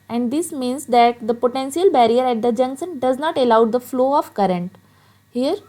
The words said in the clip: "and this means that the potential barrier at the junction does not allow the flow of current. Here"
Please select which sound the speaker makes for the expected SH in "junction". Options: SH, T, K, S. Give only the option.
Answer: S